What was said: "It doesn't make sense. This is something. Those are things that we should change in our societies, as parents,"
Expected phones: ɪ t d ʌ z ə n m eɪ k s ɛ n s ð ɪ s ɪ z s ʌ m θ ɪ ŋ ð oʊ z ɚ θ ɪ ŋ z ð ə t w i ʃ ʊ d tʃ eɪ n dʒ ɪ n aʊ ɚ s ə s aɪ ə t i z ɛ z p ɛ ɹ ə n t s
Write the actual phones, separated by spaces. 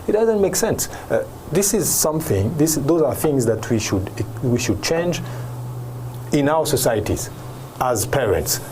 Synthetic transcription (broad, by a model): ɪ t d ʌ z ə n m eɪ k s ɛ n s ð ɪ s ɪ z s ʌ m θ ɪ ŋ ð oʊ z ɚ θ ɪ ŋ z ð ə t w i ʃ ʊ d tʃ eɪ n dʒ ɪ n aʊ ɚ s ə s aɪ ə t i z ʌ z p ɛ ɹ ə n t s